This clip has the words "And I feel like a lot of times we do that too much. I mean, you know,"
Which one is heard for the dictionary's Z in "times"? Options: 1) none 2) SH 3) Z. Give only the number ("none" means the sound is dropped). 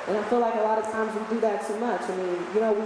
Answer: 3